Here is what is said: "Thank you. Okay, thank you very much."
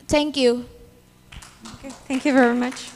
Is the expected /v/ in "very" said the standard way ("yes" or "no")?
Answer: yes